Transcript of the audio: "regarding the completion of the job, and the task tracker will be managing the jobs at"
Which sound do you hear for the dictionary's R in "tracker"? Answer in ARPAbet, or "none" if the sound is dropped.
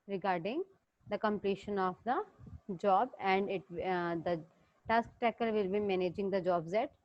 none